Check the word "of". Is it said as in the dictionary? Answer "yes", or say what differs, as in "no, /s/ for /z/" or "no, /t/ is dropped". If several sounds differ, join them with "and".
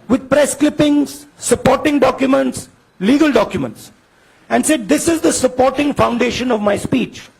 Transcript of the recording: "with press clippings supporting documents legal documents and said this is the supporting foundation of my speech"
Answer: yes